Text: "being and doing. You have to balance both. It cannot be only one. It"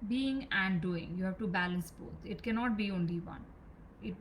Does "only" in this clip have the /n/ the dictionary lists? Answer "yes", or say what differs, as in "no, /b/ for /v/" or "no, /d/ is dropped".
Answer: yes